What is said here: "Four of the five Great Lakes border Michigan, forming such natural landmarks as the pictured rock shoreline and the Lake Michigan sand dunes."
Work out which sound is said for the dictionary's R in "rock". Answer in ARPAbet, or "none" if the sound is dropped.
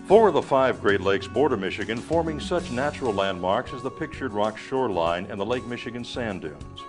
R